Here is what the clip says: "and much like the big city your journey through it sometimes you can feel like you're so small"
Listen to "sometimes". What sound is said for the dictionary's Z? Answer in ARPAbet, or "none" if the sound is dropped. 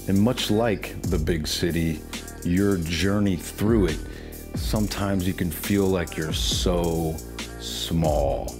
Z